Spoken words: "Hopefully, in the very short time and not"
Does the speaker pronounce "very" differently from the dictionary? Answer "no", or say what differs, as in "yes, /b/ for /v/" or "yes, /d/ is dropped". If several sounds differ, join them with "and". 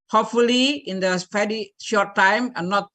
yes, /f/ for /v/